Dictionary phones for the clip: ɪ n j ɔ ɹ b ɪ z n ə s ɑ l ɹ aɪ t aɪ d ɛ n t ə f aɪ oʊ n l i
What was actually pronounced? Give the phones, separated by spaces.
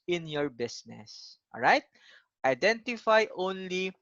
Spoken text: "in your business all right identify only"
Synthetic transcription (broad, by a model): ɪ n j ɔ ɹ b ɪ s n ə s ɑ l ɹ aɪ t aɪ d ɛ n t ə f aɪ oʊ n l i